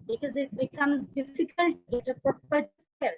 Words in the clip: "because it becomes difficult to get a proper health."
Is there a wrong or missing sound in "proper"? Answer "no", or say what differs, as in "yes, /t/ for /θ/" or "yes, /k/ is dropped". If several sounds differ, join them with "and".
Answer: yes, /ɹ/ is dropped